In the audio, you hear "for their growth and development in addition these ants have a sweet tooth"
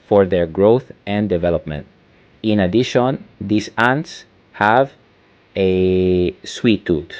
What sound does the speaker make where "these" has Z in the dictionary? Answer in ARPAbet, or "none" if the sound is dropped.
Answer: S